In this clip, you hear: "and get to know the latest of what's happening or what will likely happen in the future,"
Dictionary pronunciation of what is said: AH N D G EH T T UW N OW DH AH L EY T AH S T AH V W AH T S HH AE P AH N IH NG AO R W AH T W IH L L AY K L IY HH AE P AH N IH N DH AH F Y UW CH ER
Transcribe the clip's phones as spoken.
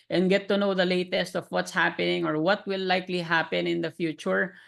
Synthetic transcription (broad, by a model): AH N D G EH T T UW N OW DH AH L EY T AH S T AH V W AH T S HH AE P AH N IH NG AO R W AH T W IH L L AY K L IY HH AE P AH N IH N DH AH F Y UW CH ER